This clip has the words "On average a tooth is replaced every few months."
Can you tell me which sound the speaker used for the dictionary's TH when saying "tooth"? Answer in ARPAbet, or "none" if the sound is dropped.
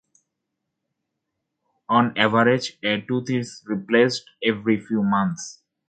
T